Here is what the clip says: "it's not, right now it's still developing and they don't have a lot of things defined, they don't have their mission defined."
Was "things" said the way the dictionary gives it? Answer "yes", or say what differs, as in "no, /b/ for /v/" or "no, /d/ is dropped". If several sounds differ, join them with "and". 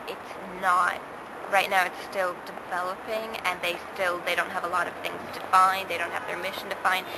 yes